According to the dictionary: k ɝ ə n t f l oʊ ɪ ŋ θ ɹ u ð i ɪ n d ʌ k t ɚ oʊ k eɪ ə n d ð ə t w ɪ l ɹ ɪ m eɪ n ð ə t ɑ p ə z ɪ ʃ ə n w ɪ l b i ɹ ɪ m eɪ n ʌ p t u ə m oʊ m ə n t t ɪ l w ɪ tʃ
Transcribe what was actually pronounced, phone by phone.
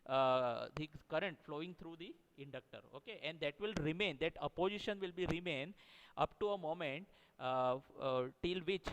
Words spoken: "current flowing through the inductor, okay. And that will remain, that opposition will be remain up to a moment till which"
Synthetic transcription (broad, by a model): k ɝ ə n t f l oʊ ɪ ŋ t ɹ u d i ɪ n d ʌ k t ɚ oʊ k eɪ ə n d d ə t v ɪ l ɹ ɪ m eɪ n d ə t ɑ p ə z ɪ ʃ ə n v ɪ l b i ɹ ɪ m eɪ n ʌ p t u ə m oʊ m ə n t t ɪ l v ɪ tʃ